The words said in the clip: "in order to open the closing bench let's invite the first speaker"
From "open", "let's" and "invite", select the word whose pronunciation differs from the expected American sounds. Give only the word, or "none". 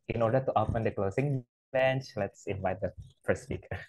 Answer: none